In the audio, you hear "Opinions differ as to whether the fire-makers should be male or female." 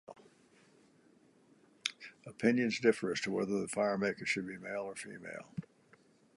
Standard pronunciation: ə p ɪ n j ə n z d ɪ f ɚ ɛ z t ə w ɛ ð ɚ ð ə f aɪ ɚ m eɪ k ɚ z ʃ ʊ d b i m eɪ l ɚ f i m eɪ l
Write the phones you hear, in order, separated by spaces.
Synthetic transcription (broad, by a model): ə p ɪ n j ə n z d ɪ f ɚ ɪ s t ə w ɛ ð ɚ ð ə f aɪ ɚ m eɪ k ɚ ʃ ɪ d b i m eɪ l ɚ f i m eɪ l